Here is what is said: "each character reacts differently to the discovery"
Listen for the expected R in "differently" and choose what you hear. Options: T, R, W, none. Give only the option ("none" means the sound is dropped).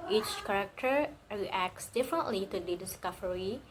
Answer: R